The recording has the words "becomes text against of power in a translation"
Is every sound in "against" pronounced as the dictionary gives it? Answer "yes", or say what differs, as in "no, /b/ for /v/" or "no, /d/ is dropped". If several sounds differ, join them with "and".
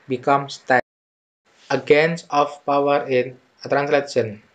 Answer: no, /t/ is dropped